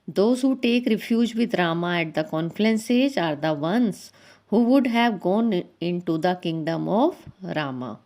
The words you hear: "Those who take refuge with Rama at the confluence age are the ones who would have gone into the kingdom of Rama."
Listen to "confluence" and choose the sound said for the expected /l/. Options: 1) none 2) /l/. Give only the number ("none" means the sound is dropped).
1